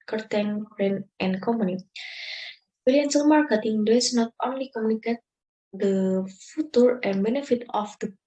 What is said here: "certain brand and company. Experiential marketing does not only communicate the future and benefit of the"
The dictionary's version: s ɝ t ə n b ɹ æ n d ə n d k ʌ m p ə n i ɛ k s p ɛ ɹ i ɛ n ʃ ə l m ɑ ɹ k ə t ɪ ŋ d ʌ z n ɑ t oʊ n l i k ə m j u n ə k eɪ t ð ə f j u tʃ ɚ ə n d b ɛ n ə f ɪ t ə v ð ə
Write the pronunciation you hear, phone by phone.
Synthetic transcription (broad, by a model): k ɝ t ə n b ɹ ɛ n ə n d k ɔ m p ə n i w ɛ l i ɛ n s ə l m ɑ ɹ k ə t ɪ ŋ d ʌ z n ɑ t oʊ n l i k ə m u n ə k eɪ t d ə f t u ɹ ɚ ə n b ɛ n ə f ɪ t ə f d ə